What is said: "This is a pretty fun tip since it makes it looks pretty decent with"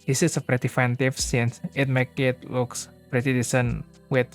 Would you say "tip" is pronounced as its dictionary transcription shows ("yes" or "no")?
no